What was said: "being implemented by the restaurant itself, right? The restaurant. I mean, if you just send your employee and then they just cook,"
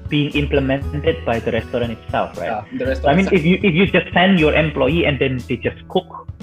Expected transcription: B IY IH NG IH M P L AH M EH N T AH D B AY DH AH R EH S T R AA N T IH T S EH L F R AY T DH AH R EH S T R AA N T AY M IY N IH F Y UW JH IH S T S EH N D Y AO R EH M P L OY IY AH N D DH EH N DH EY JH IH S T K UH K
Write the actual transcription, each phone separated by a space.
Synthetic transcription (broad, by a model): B IY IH NG IH M P L AH M EH N T AH D B AY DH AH R EH S T R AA N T IH T S EH L F R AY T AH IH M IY N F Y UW IH F Y UW JH IH S T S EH N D Y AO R EH M P L OY IY AH N D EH N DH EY JH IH S K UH K